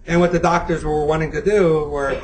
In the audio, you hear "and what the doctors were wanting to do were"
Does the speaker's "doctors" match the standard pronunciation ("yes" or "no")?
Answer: yes